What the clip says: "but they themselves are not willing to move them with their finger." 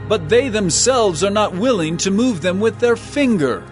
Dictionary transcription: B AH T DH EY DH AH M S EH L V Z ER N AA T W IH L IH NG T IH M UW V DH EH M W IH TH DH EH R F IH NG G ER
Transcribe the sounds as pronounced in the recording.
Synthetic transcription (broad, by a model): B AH T DH EY DH AH M S EH L V Z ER N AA T W IH L IH NG T IH M UW V DH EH M W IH DH EH R F IH NG G ER